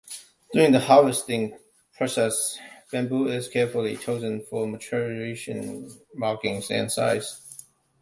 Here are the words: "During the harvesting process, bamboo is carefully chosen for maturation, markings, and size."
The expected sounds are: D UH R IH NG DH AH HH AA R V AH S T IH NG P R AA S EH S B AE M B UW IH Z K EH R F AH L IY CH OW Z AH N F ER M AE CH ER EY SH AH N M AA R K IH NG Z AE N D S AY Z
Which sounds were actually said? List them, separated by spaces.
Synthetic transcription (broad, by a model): D UH R IH NG DH AH HH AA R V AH S T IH NG P R AA S EH S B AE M B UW IH Z K EH R F AH L IY CH OW Z AH N F ER M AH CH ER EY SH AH N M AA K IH NG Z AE N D S AY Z